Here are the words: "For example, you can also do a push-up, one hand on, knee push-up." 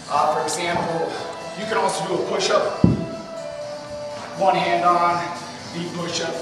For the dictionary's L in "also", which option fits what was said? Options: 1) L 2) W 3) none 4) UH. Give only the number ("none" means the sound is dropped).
3